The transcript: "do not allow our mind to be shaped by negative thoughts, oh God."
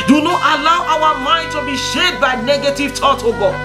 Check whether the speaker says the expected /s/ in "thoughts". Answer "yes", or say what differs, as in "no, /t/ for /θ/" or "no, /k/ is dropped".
no, /s/ is dropped